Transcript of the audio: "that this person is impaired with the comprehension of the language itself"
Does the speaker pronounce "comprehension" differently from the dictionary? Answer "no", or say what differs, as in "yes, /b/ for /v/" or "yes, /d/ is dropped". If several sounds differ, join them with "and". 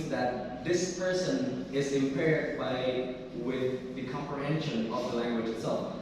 no